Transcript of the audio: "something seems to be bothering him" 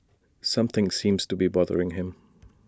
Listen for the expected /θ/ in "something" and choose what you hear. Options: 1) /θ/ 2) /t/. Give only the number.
1